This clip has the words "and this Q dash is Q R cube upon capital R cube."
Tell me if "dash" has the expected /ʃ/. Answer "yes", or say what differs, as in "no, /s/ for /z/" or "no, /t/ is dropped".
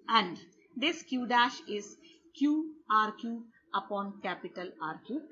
yes